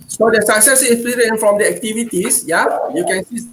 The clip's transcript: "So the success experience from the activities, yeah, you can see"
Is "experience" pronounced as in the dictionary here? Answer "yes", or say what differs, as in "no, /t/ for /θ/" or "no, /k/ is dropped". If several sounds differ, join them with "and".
no, /k/ is dropped and /s/ is dropped